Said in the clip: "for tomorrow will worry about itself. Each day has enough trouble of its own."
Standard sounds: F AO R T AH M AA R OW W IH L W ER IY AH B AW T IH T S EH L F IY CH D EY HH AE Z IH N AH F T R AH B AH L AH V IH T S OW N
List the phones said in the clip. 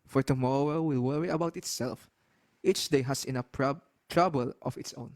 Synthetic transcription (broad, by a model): F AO R T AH M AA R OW W IH L W ER IY AH B AW T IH T S EH L F IY CH D EY HH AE S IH N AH P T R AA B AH L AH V IH T S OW N